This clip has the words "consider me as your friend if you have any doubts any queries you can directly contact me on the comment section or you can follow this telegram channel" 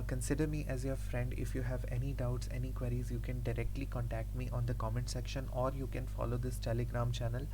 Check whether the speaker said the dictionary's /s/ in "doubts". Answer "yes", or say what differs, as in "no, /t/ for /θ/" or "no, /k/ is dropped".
yes